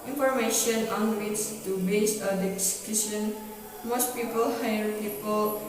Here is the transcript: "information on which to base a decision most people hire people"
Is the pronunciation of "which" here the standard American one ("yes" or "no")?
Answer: no